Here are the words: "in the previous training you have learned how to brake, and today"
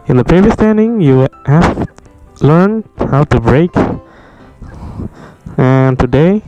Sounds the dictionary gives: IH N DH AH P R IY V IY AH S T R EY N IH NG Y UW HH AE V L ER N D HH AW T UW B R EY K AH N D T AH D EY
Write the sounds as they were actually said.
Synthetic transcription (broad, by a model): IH N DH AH P R IY V IY AH S T EY N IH NG Y UW HH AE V L ER N D HH AW T UW B R EY K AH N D T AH D EY